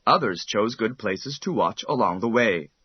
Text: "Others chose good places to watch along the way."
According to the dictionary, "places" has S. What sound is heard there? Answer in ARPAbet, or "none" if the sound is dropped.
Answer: S